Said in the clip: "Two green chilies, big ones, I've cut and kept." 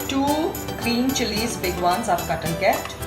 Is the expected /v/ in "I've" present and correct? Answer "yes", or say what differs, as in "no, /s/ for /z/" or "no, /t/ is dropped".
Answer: no, /p/ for /v/